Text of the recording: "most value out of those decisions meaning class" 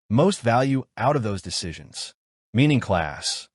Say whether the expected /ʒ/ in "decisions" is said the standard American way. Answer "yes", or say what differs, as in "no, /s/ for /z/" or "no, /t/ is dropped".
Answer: yes